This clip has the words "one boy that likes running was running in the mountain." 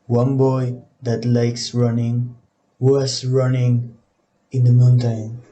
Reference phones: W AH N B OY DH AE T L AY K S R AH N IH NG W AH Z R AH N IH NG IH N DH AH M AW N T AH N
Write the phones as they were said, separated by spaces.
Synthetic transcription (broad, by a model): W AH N B OY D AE T L AY K S R AH N IH NG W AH S R AH N IH NG IH N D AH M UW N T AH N